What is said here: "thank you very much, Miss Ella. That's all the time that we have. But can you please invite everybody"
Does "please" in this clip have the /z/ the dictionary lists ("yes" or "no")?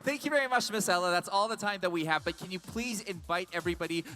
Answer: yes